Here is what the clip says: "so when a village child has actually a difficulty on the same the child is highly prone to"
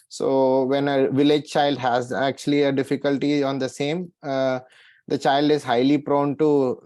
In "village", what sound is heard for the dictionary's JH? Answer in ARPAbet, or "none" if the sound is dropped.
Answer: JH